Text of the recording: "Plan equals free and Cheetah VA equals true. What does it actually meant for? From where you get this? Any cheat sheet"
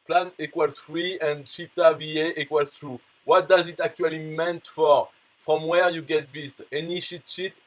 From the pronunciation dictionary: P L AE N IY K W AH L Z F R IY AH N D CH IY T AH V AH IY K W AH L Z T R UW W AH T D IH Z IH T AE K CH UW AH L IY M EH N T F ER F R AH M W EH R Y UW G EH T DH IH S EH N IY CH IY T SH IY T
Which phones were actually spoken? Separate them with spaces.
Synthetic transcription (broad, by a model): P L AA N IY K W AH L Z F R IY AH N D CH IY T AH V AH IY K W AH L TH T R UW W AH T D IH Z IH T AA K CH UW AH L IY M EH N T F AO F R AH M W EH R Y UW G EH T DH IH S EH N IY SH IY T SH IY T